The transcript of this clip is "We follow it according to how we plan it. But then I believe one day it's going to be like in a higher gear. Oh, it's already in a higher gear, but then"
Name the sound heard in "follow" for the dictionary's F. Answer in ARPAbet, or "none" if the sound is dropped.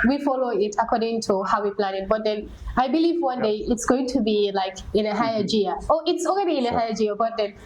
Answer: F